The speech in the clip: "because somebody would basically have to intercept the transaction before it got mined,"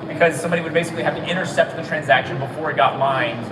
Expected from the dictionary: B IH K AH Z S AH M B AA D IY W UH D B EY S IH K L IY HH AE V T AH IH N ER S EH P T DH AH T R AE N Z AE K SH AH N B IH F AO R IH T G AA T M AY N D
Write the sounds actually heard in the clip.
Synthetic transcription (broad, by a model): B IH K AH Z S AH M B AA D IY W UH D B EY S IH K L IY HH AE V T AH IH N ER S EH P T DH AH T R AE N Z AE K SH AH N B IH F AO R IH T G AA T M AY N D